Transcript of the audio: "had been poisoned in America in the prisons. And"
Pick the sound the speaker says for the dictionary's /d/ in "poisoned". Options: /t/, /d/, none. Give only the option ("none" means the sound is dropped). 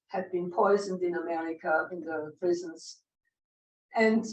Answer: /d/